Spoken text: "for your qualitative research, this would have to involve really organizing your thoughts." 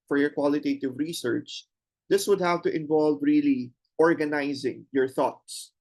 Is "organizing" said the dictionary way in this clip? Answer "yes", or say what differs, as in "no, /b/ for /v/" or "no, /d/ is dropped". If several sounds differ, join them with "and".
yes